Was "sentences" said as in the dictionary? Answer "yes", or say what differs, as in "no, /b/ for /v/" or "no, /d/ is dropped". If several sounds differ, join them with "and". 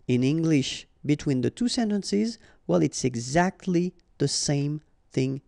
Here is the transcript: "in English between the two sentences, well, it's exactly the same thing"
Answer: yes